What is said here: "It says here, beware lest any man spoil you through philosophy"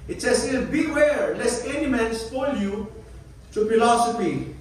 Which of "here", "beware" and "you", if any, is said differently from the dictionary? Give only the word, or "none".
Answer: here